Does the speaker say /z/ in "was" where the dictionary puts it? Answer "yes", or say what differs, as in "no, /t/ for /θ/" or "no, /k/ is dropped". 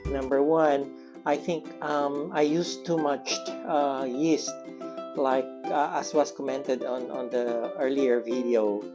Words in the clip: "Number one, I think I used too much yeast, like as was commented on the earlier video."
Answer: no, /s/ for /z/